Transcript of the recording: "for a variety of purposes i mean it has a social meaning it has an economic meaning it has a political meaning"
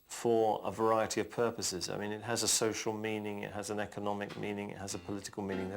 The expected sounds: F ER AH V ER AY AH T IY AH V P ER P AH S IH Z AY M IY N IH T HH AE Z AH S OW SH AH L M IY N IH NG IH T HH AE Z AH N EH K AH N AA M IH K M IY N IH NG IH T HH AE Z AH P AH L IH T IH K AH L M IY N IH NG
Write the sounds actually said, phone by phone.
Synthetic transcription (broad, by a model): F ER AH V ER AY AH T IY AH V P ER P AH S IH Z AY M IY N IH T HH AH Z AH S OW SH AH L M IY N IH NG IH T HH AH Z AH N EH K AH N AA M IH K M IY N IH NG IH T HH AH Z AH P AH L IH T IH K AH L M IY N IH NG